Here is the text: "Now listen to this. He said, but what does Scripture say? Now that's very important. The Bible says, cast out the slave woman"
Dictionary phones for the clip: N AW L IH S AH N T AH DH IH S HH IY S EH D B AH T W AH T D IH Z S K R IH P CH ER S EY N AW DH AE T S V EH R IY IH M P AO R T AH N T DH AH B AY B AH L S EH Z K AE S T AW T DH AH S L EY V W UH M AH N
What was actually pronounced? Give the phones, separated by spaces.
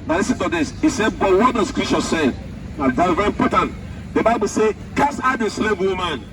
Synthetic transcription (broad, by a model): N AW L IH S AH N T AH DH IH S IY S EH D B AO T W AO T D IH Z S K R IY CH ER S EY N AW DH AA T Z V EH R IY M P AO T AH N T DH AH B AY B AH L S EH K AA S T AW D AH S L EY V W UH M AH N